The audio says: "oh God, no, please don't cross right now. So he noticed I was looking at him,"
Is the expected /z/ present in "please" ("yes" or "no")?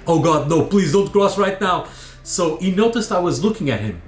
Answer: yes